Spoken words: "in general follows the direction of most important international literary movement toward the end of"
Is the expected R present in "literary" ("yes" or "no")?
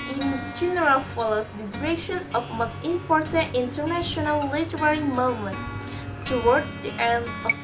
yes